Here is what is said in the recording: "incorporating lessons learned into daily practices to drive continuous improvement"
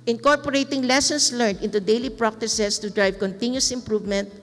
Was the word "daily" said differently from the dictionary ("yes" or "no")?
no